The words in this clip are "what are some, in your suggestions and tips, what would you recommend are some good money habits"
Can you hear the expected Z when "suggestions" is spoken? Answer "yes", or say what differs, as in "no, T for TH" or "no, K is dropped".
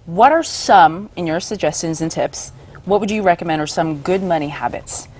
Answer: yes